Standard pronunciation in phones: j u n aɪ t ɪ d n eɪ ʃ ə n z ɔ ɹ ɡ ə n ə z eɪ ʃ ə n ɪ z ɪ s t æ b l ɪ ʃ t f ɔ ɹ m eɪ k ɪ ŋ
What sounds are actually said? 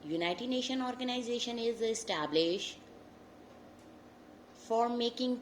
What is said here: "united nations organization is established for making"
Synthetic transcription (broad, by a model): j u n aɪ t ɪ d n eɪ ʃ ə n ɔ ɹ ɡ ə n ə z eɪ ʃ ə n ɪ z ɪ s t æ b l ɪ ʃ f ɔ ɹ m eɪ k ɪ ŋ